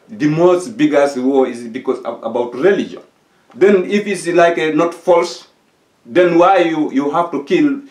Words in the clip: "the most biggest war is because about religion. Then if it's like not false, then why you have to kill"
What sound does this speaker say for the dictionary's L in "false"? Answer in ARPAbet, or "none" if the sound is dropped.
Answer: L